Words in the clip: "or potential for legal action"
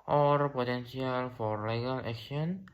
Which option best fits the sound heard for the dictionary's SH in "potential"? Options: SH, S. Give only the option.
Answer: S